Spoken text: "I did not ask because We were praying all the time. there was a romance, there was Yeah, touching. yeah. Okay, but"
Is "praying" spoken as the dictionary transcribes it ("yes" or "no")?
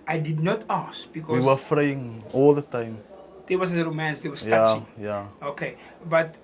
no